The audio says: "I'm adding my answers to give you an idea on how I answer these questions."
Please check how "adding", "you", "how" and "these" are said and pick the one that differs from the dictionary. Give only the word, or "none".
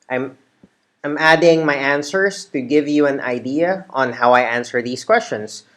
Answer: these